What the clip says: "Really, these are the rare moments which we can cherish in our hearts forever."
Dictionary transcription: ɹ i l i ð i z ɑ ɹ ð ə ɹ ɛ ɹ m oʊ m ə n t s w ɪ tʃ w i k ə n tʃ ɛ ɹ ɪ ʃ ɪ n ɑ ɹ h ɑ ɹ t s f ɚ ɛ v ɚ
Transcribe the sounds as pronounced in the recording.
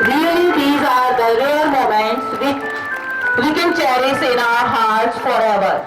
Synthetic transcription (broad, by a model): ɹ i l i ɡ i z ɑ ɹ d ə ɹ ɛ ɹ m oʊ m ə n t s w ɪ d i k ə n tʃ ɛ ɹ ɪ s ɪ n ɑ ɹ h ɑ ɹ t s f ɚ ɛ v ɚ